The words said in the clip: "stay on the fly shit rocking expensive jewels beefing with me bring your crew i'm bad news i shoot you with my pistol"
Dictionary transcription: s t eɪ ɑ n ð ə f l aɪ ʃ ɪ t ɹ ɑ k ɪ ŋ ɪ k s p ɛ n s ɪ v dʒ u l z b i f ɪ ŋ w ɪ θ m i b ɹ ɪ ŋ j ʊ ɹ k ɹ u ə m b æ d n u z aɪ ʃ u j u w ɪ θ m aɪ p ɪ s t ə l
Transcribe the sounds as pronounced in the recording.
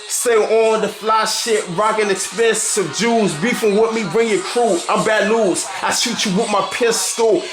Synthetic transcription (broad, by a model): s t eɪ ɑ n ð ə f l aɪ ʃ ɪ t ɹ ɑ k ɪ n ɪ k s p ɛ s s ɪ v dʒ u z b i f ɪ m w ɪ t m i b ɹ ɪ ŋ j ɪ k ɹ u ə m b æ d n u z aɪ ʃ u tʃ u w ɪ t m aɪ p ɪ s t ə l